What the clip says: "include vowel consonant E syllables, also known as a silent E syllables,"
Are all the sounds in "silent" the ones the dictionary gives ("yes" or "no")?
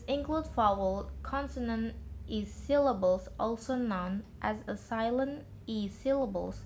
no